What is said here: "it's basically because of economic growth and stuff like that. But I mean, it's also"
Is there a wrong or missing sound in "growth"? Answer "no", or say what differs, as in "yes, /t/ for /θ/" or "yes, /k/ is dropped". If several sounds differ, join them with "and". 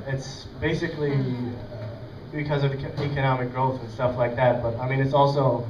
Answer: no